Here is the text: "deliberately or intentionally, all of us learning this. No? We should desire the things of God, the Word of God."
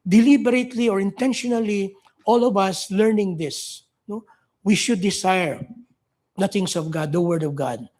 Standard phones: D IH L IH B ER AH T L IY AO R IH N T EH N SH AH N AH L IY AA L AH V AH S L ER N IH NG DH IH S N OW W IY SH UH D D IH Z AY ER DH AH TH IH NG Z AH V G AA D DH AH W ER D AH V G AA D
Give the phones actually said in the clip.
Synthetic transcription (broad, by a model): D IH L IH B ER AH T L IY AO R IH N T EH N SH AH N AH L IY AA L AH V AH S L ER N IH NG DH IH S N OW W IY SH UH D D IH S AY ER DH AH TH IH NG S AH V G AA D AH W ER D AH V G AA D